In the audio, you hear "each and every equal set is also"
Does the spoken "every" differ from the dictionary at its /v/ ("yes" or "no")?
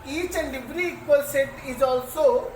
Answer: yes